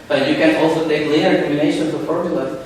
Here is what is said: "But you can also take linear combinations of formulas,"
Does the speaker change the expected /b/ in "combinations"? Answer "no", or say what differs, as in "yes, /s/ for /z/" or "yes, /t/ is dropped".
yes, /b/ is dropped